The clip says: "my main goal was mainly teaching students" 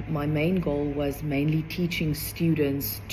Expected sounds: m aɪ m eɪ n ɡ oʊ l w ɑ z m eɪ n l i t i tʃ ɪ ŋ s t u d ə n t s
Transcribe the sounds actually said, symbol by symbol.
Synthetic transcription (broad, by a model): m aɪ m eɪ n ɡ oʊ l w ɑ z m eɪ n l i t i tʃ ɪ ŋ s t u d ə n t s